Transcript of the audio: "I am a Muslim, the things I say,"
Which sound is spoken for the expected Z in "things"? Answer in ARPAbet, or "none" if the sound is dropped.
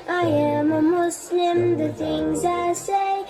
Z